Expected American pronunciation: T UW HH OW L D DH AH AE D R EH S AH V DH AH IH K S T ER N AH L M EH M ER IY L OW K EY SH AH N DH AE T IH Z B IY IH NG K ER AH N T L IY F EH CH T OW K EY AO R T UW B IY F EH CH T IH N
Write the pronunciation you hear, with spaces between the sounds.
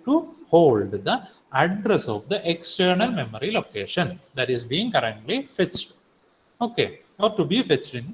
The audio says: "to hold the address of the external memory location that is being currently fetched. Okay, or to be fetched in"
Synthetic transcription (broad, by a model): T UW HH OW L D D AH AE D R EH S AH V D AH IH K S T ER N AH L M EH M ER IY L OW K EY SH AH N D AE T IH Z B IY IH NG K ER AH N T L IY F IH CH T OW K EY AO R T UW B IY F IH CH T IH N